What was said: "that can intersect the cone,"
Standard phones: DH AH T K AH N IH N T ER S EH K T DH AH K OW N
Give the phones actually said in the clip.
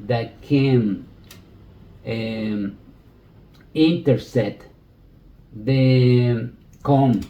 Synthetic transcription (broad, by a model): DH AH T K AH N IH N T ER S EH T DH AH K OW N